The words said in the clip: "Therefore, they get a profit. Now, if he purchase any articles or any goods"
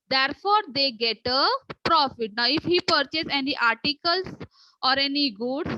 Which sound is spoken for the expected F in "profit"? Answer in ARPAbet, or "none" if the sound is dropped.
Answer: F